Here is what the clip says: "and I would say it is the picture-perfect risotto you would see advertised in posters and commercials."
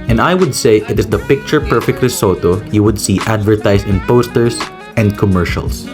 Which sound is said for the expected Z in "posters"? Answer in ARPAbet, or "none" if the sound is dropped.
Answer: S